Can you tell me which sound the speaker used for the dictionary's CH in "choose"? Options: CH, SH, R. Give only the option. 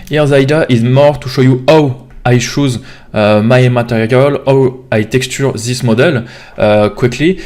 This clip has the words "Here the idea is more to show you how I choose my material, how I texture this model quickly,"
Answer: SH